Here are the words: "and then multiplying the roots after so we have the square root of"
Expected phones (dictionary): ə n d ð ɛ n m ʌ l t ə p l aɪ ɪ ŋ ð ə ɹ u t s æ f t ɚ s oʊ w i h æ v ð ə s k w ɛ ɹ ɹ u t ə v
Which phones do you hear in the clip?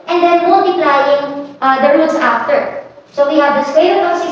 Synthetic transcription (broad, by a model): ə n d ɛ n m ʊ l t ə p l aɪ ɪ ŋ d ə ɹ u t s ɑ f t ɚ s oʊ w i h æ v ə s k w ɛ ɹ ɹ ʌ ə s